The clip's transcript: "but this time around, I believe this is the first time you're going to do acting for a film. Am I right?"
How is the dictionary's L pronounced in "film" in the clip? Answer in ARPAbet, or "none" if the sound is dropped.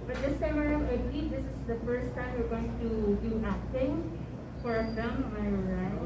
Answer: none